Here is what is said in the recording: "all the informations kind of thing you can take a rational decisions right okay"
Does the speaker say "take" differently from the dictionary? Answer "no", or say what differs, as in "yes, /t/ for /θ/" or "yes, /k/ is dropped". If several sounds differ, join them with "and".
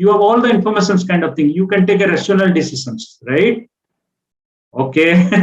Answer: no